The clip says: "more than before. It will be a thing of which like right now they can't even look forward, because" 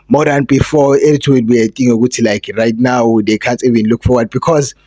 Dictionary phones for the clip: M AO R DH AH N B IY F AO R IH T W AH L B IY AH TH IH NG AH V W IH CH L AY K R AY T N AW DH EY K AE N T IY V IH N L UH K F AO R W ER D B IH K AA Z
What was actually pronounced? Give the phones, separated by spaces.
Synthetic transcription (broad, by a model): M AO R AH N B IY F AO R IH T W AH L B IY AH T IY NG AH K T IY L AY K R AY T N AW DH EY K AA N T IY V IH N L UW K F AO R W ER D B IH K AA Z